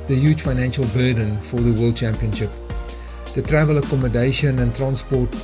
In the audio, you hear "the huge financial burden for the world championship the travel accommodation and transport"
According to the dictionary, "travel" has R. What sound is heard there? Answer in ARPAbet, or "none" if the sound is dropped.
R